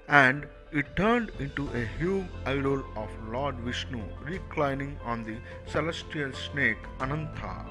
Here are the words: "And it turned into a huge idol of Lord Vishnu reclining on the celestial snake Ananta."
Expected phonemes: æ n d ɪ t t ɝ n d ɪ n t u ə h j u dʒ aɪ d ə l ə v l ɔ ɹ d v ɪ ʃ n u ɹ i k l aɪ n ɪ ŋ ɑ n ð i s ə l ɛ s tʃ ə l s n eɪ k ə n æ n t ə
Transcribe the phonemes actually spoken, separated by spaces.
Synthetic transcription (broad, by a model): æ n d ɪ t t ɝ n d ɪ n t u ə h j u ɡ aɪ d ə l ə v l ɔ ɹ d v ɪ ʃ n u ɹ i k l aɪ n ɪ ŋ ɑ n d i s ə l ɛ s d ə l s n eɪ k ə n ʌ n t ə